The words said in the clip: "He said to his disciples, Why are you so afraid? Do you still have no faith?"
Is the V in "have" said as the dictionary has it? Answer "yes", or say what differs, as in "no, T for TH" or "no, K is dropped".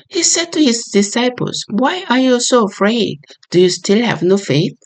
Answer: yes